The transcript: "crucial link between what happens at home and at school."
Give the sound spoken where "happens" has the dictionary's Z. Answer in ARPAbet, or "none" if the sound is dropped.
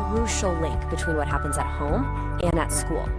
Z